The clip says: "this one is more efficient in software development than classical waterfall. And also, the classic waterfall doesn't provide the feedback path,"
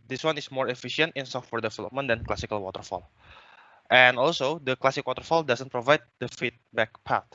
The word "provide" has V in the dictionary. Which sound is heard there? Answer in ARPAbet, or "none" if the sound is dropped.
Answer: V